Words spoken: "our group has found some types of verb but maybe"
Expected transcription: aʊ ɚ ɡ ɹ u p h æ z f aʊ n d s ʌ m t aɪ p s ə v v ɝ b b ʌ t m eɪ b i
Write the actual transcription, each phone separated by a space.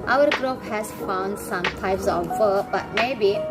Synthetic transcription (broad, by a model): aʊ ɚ ɡ ɹ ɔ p h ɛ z f aʊ n d s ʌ m t aɪ p s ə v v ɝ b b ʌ t m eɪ b i